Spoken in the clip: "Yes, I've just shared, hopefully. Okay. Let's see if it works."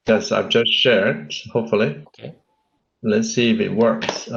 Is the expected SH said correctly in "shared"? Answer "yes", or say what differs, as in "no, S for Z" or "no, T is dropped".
yes